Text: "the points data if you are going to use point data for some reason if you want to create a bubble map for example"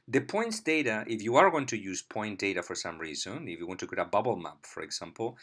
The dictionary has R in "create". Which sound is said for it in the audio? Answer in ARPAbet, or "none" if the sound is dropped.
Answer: none